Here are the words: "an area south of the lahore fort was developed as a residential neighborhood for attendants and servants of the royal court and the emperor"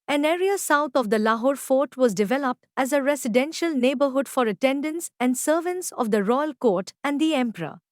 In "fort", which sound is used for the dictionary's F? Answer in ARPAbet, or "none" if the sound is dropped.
F